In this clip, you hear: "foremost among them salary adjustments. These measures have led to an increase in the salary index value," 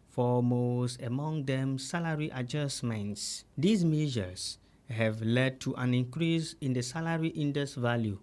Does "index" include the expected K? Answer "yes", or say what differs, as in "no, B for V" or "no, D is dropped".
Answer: no, K is dropped